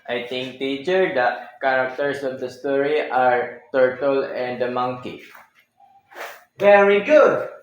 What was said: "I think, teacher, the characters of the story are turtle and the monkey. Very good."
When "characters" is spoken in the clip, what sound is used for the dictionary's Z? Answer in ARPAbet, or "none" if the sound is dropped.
S